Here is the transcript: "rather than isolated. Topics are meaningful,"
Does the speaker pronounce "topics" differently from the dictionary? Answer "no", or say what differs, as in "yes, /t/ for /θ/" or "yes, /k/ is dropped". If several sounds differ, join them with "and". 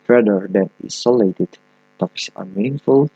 yes, /k/ is dropped